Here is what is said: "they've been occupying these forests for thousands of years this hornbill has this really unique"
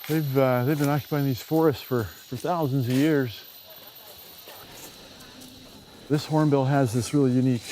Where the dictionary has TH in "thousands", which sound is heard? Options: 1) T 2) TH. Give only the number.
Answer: 2